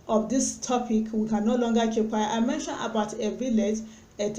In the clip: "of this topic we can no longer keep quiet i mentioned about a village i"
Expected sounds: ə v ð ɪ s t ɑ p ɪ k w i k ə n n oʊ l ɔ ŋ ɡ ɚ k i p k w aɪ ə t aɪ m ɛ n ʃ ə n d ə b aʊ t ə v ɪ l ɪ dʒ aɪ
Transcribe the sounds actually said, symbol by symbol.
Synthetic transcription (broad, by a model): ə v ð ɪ s t ɑ p ɪ k w i k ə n n oʊ l ɔ ŋ ɡ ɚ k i p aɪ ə ɪ m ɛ n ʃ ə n ə b aʊ t ə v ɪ l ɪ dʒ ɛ